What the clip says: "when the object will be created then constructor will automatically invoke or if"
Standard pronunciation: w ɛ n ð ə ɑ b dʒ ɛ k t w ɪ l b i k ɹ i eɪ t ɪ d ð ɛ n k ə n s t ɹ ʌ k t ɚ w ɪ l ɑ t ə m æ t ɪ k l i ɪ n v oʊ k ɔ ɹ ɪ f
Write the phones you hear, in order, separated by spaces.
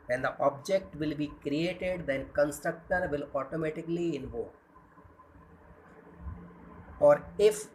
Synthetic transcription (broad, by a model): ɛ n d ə ɑ b dʒ ɛ k t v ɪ l b i k ɹ i eɪ t ɪ d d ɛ n k ə n s t ɹ ʌ k t ɚ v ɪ l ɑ t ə m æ t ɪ k l i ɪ n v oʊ ɔ ɹ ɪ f